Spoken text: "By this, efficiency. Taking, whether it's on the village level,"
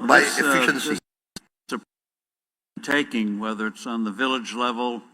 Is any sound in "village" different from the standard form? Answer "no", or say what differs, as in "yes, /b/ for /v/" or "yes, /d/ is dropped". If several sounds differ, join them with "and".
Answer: no